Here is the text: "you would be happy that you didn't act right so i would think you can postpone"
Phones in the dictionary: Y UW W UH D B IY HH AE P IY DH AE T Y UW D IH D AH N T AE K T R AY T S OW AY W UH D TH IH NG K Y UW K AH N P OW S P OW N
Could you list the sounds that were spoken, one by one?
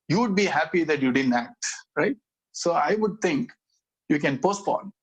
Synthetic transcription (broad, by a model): Y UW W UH D B IY HH AE P IY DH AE T Y UW D IH D AH N T AE K T R AY T S OW AY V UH D T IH NG K Y UW K AH N P OW S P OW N